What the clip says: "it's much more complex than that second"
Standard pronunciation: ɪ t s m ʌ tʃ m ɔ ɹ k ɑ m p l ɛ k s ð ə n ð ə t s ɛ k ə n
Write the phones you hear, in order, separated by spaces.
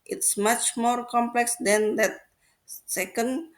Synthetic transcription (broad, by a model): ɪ t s m ʌ tʃ m ɔ ɹ k ɑ m p l ɛ k s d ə n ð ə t s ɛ k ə n